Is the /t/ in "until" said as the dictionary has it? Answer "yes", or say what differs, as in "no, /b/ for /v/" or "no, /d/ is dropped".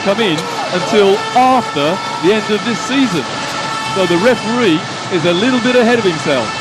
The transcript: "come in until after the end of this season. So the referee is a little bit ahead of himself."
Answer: yes